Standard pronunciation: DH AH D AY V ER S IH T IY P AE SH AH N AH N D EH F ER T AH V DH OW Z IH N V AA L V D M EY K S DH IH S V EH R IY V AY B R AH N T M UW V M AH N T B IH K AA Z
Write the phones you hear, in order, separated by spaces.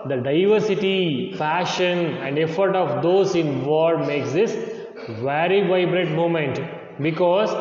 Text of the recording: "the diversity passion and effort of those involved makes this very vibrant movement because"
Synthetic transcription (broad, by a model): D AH D AY V ER S IH T IY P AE SH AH N AH N D EH F ER T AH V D OW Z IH N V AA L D M EY K S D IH S V EH R IY V AY B R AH T M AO M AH N T B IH K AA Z